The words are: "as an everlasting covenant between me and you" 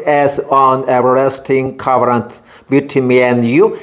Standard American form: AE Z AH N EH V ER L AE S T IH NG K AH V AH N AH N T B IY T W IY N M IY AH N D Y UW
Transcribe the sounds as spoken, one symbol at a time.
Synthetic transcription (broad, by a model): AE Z AH N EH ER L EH S T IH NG K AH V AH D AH N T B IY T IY M IY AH N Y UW